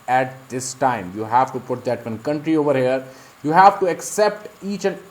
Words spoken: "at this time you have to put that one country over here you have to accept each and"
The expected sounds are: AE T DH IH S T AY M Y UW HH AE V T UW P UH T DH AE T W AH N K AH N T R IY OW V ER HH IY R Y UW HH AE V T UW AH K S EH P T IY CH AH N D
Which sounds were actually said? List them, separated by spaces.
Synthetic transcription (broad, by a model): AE T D IH S T AY M Y UW HH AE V T UW P UH T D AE T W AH N K AH N T R IY OW V ER HH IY R Y UW HH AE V T UW AH K S EH P T IY CH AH N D